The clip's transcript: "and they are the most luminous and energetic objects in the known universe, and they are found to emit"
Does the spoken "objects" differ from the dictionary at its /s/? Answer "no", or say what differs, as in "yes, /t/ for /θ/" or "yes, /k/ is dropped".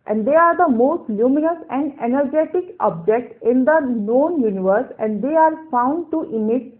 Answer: yes, /s/ is dropped